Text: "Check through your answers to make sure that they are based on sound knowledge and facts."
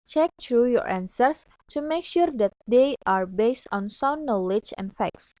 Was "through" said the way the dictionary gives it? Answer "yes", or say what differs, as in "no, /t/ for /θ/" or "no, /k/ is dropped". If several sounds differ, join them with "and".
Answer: no, /t/ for /θ/